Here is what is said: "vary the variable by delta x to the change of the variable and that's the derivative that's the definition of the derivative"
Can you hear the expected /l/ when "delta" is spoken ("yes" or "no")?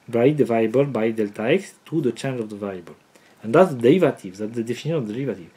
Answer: yes